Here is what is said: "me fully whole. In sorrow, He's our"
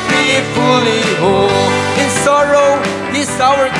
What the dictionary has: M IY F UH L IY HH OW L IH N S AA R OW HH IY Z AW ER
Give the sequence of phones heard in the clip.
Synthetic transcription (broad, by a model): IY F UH L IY HH OW L IH N S AA R OW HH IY S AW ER